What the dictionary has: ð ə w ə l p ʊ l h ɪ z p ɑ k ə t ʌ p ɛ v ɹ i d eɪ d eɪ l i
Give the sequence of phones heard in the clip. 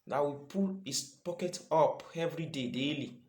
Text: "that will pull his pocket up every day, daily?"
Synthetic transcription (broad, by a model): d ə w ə p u l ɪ s p ɑ k ə t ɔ p ɛ v ɹ i d eɪ d eɪ l i